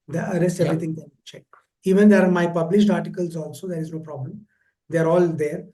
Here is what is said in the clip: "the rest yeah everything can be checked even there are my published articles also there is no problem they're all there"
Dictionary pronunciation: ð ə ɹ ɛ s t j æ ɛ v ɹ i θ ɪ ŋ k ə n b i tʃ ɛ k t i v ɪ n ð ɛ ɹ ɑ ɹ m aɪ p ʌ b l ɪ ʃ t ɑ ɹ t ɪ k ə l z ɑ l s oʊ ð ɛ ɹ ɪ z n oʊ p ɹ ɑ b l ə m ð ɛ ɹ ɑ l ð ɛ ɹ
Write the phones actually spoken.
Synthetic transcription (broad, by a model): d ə ɹ ɛ s t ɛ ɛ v ɹ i t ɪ ŋ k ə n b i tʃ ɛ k i v ɪ n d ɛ ɹ ɑ ɹ m aɪ p ʌ b l ɪ ʃ t ɑ ɹ t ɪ k ə l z ɑ l s oʊ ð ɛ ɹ ɪ z n oʊ p ɹ ɑ b l ə m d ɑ ɹ ɑ l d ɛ ɹ